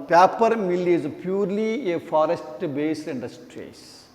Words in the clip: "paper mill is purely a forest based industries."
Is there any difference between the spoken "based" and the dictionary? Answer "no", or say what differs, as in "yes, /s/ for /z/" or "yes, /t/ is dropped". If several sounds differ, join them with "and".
yes, /t/ is dropped